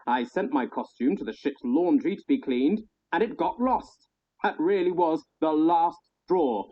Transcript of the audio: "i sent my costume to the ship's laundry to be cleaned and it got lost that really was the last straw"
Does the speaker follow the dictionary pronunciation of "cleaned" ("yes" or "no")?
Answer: yes